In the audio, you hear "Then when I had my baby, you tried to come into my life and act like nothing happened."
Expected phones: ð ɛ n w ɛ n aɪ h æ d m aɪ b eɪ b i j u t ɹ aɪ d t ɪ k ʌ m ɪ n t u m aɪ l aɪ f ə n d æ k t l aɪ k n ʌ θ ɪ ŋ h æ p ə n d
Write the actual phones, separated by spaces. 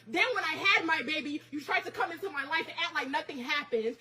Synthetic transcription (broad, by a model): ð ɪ n w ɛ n aɪ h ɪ d m aɪ b eɪ b i j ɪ t ɹ aɪ d t ɪ k ʌ m ɪ n t u m aɪ l aɪ f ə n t l aɪ k n ʌ θ ɪ ŋ h æ p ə n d